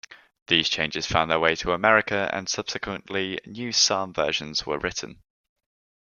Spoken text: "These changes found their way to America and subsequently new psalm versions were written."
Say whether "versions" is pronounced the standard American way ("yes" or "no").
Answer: no